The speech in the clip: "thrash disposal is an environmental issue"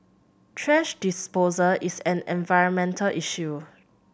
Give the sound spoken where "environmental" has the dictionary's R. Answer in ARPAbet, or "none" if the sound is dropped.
R